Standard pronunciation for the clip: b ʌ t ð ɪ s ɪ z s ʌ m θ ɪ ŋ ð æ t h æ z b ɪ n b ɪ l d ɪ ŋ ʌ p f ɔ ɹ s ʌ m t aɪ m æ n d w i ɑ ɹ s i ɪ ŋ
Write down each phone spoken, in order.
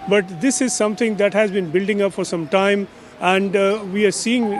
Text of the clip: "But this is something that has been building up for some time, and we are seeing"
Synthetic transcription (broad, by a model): b ʌ t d ɪ s ɪ z s ʌ m t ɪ ŋ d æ t h æ z b ɪ n b ɪ l d ɪ ŋ ʌ p f ɔ ɹ s ʌ m t aɪ m æ n d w i ɑ ɹ s i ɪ ŋ